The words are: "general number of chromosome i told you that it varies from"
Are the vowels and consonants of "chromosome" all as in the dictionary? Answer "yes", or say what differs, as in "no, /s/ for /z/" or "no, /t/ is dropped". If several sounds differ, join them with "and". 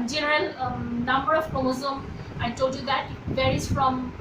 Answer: no, /ɹ/ is dropped